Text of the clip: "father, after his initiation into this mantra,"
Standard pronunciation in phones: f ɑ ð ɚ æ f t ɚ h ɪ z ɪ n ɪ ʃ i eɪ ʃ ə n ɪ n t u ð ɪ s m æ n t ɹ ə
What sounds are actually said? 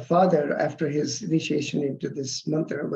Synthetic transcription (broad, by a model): f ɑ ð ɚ æ f t ɚ h ɪ z ɪ n ɪ ʃ i eɪ ʃ ə n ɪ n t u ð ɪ s m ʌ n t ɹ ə